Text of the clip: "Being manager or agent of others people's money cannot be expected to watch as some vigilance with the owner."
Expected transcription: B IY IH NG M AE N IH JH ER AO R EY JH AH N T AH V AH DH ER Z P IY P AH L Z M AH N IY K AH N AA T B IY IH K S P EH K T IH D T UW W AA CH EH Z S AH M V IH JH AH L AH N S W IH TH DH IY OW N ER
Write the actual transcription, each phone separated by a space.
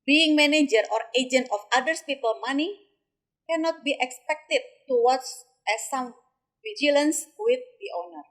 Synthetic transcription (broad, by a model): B IY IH NG M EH N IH JH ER AO R EY JH AH N T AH F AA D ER S P IY P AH L M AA N IY K AH N AA T B IY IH K S P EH K T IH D T UW W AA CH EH S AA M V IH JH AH L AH N S W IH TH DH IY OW N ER